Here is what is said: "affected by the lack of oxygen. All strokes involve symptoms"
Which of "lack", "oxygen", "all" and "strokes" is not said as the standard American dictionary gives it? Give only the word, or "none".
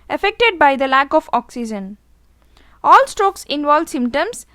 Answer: none